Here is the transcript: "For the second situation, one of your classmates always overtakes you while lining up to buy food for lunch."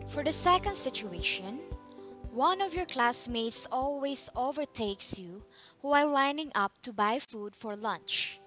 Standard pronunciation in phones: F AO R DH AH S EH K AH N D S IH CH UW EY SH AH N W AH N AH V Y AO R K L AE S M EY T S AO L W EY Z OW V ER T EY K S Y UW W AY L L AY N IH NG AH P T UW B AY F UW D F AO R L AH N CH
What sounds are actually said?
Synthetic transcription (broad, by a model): F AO R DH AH S EH K AH N D S IH CH UW EY SH AH N W AH N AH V Y AO R K L AE S M EY T S AO L W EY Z OW V ER T EY K S Y UW W AY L L AY N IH NG AH P T UW B AY F UW D F AO R L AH N CH